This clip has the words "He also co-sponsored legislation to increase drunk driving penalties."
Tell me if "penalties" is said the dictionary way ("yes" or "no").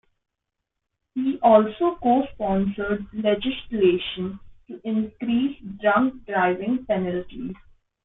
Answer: yes